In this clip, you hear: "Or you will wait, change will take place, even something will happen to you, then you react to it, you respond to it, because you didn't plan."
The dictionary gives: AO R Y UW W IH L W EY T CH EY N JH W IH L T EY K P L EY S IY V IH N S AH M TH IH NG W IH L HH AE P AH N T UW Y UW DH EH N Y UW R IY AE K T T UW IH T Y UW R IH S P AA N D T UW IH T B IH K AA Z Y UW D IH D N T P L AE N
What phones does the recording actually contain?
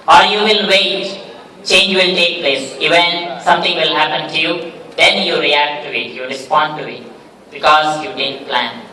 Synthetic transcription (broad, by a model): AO R Y UW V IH L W EY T CH EY N JH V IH L T EY K P L EY S IY V IH N S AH M T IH NG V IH L HH AE P AH N T UW Y UW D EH N Y UW R IY AE K T T UW IH T Y UW R IH S P AA N D T UW IH T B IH K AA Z Y UW D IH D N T P L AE N